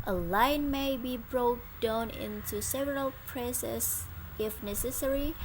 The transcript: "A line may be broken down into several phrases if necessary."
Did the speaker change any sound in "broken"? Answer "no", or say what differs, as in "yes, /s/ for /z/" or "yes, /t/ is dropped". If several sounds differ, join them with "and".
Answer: yes, /k/ is dropped